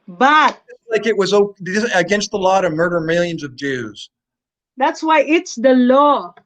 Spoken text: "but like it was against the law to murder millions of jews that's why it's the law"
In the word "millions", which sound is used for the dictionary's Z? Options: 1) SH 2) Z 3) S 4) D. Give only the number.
2